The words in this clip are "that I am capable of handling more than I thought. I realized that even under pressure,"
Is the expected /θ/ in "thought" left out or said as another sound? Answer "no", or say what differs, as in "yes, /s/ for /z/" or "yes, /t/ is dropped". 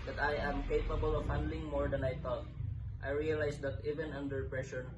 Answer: yes, /t/ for /θ/